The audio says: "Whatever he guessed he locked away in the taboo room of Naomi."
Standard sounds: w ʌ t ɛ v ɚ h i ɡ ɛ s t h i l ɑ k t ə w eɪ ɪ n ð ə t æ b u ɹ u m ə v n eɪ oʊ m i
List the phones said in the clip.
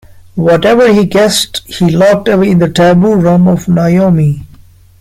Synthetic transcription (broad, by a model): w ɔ t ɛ v ɚ h i ɡ ɛ s t h i l ɑ k t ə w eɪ ɪ n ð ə t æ b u ɹ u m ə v n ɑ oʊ m i